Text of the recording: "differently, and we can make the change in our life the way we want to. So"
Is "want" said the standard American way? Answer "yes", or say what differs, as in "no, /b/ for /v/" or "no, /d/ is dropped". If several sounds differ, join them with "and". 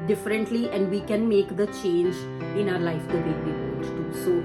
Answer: no, /n/ is dropped